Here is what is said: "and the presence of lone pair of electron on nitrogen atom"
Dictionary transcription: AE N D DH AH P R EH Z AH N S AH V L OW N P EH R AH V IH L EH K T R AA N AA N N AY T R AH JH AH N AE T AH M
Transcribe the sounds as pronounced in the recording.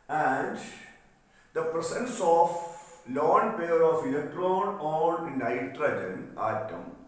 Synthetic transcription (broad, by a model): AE N D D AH P R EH S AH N S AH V L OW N P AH R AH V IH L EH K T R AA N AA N N AY T R AH JH AH N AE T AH M